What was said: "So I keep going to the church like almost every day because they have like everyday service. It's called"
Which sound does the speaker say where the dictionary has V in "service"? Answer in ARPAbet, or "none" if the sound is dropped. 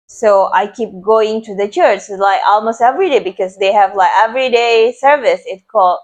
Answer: V